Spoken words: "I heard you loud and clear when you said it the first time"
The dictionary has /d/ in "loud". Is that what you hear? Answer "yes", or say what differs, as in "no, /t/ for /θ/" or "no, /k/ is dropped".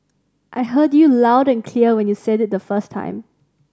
yes